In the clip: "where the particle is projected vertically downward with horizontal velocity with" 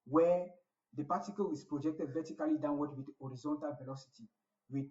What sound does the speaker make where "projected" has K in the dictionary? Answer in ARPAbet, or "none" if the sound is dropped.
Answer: K